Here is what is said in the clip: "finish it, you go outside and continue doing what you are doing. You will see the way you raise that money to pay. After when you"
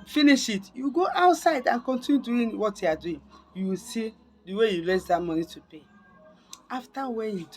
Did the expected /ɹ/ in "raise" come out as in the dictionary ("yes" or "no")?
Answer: no